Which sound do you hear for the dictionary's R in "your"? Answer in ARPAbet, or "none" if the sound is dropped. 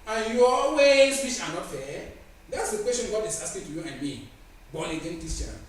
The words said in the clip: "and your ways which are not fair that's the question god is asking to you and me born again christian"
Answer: L